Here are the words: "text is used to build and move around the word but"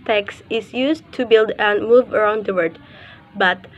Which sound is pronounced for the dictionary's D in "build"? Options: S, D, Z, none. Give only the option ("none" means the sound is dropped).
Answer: D